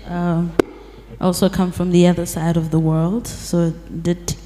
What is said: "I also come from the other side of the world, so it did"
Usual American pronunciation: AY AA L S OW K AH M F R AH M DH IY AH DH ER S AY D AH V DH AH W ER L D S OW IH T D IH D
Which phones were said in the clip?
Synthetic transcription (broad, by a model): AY AA L S OW K AH M F R AH M DH IY AH DH ER S AY D AH V DH AH W ER L D S OW IH T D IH D